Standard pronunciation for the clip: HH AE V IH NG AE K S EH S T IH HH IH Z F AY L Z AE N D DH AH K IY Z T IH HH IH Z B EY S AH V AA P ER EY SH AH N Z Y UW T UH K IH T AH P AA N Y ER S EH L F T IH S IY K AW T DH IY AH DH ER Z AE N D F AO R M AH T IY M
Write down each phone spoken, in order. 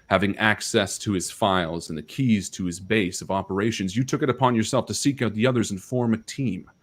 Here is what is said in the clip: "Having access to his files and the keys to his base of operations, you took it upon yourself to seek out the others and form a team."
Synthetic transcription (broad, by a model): HH AE V IH NG AE K S EH S T IH IH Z F AY L Z N DH AH K IY Z T IH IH Z B EY S AH V AA P ER EY SH AH N Z Y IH T UH K IH T AH P AA N Y ER S EH L F T IH S IY K AW T DH IY AH DH ER Z N F AO R M AH T IY M